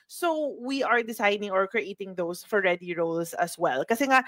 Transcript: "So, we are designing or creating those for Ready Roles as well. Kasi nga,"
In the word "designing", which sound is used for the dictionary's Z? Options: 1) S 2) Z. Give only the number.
1